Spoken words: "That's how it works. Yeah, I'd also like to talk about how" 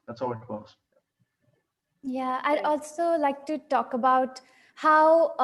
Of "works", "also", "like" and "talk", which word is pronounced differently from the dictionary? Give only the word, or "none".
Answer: works